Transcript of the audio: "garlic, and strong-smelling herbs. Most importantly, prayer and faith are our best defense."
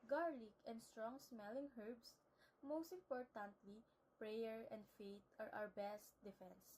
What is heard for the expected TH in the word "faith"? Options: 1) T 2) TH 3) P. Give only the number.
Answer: 1